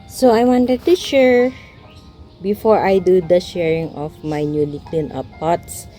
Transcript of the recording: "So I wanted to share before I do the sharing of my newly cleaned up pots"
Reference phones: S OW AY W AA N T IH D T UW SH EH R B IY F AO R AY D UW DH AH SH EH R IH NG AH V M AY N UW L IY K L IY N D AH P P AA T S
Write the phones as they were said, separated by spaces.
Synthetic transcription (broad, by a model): S OW AY W AA N T IH D T UW SH EH R B IY F AO R AY D UW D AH SH EH R IH NG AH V M AY N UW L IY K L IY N AH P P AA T S